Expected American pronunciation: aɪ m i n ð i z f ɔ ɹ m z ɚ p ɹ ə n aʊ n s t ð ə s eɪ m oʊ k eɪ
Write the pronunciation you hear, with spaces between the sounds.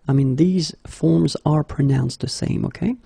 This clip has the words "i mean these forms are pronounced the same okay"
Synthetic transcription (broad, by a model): aɪ m i n ð i z f ɔ ɹ m z ɚ p ɹ ə n aʊ n s t ð ə s eɪ m oʊ k eɪ